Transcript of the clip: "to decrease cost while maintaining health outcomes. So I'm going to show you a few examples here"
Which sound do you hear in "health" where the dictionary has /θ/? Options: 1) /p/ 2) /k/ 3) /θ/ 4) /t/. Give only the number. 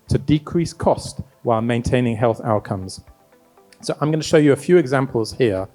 3